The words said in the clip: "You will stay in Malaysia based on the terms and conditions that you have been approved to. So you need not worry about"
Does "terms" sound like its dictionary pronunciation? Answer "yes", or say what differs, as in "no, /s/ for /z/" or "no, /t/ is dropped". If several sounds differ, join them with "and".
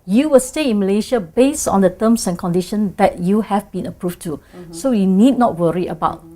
no, /s/ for /z/